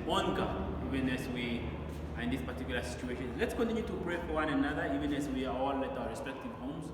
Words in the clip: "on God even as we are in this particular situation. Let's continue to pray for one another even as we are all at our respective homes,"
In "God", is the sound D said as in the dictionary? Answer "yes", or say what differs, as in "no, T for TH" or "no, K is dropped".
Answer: no, D is dropped